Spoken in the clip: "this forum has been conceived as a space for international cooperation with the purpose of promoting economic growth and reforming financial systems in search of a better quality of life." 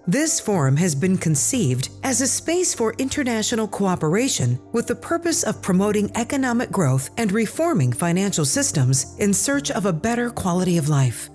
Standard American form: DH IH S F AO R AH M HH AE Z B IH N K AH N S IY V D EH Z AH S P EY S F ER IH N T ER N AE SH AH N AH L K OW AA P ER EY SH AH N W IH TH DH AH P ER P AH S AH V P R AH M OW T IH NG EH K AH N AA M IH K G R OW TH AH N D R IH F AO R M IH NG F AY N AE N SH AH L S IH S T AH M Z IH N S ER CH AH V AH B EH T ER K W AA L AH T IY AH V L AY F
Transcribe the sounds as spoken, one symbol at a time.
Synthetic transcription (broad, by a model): DH IH S F AO R AH M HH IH Z B IH N K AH N S IY V D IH Z AH S P EY S F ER IH N T ER N AE SH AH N L K OW AA P ER EY SH AH N W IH DH AH P ER P AH S AH V P R AH M OW T IH NG EH K AH N AA M IH K G R OW TH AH N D R IH F AO R M IH NG F AY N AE N SH L S IH S T AH M Z IH N S ER CH AH V AH B EH T ER K W AA L AH T IY AH V L AY F